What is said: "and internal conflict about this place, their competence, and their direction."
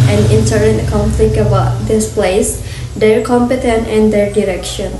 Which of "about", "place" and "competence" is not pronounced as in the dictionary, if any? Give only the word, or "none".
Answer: competence